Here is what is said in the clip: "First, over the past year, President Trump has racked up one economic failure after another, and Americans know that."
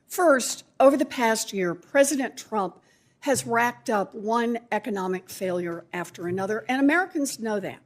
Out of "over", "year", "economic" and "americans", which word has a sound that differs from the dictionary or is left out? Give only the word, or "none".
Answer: none